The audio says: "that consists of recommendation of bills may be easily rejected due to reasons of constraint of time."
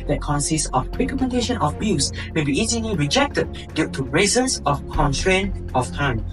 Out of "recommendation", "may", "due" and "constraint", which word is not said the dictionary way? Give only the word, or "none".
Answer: constraint